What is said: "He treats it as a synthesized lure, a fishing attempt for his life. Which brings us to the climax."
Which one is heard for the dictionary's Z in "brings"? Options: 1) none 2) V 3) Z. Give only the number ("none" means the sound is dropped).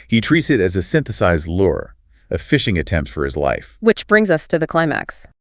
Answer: 3